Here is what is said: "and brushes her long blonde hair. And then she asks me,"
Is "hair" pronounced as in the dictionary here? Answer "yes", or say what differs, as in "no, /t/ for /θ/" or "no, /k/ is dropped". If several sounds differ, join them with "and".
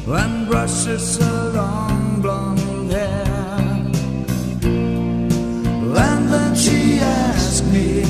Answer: no, /l/ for /ɹ/